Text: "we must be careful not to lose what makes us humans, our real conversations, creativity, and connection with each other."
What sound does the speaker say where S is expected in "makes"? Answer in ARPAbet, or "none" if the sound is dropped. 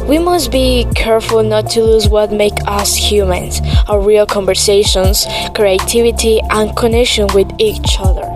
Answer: none